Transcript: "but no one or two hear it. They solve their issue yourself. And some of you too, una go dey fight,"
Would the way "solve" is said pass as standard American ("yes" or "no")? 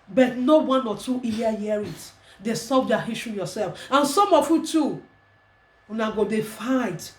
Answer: no